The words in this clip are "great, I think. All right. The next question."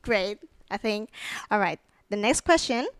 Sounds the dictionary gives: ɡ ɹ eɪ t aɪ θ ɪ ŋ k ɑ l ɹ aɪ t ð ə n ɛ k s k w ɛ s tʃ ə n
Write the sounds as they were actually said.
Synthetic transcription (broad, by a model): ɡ ɹ eɪ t aɪ θ ɪ ŋ k ɑ l ɹ aɪ t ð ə n ɛ k s k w ɛ s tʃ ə n